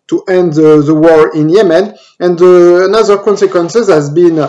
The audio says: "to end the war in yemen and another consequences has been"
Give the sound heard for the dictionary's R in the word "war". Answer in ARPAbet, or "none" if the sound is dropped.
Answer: R